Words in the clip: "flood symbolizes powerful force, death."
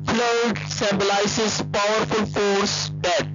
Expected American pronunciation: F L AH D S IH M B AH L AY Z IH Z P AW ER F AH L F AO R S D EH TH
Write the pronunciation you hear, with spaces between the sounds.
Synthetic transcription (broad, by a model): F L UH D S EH B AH L AY S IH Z P AW ER F AH L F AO R S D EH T